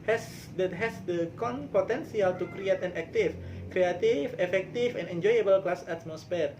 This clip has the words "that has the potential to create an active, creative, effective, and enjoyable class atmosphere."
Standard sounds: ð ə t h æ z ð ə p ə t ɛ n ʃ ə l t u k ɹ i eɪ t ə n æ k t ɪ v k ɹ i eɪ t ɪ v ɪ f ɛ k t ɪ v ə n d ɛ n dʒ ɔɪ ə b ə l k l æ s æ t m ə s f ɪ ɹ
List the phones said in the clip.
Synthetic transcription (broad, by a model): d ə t h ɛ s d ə p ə t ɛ n s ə l t u k ɹ i eɪ t ə n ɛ k t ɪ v k ɹ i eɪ t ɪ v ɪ f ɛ k t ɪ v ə n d ɛ n dʒ ɔɪ ə b ə l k l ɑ s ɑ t m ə s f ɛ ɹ